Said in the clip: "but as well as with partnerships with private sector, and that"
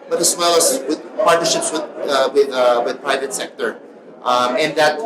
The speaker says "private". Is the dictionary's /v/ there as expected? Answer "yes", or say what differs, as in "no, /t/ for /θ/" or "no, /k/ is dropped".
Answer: yes